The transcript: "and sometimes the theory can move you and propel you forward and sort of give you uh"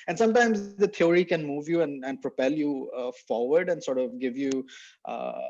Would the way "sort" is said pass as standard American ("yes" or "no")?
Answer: yes